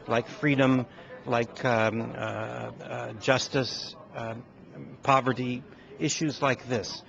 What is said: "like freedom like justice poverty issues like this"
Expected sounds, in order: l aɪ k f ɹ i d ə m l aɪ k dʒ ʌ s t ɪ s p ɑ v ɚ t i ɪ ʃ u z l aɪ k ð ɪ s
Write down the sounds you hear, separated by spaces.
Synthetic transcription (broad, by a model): l aɪ k f ɹ i d ə m l aɪ k dʒ ʌ s t ɪ s p ɑ v ɚ t i ɪ ʃ u z l aɪ k ð ɪ s